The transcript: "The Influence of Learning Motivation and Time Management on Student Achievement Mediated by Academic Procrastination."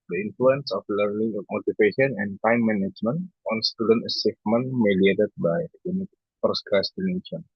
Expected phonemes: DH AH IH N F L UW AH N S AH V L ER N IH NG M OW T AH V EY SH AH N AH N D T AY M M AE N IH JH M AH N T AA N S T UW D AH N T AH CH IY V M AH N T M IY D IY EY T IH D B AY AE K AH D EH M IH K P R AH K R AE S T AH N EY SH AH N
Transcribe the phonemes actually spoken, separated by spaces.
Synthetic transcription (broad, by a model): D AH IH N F L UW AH N S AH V L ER N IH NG M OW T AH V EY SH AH N AH N D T AY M M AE N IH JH M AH N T AA N S T UW D AH N T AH S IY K M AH N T M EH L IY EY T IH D B AY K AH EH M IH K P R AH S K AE S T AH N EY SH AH N